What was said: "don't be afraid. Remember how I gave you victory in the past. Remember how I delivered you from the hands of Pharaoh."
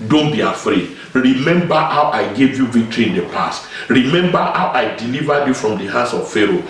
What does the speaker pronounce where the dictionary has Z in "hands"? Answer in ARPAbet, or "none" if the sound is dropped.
S